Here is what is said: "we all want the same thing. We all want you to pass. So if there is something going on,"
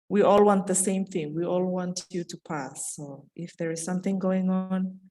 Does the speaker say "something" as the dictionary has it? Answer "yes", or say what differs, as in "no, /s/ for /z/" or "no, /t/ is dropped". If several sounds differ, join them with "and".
yes